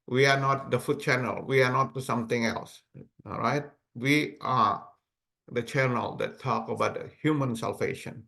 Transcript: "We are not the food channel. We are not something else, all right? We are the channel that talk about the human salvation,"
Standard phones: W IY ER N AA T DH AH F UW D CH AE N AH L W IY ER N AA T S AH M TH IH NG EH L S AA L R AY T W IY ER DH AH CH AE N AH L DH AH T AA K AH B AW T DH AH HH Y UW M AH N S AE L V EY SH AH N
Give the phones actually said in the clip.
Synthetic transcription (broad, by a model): W IY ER N AA T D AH F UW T CH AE N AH L W IY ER N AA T S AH M T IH NG EH L S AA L R AY T W IY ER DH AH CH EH N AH L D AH T AA K AH B AW T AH HH Y UW M AH N S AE L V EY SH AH N